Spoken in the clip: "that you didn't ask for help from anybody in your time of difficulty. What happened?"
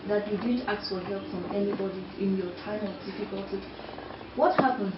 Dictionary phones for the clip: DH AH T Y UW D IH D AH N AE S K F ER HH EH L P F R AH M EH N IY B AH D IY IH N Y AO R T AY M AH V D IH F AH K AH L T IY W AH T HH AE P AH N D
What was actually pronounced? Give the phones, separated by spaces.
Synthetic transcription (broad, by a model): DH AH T Y UW D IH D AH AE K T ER HH EH L P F R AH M EH N IY B AH D IY IH N Y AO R T AY M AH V D IH F AH K AH L T IY W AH T HH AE P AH N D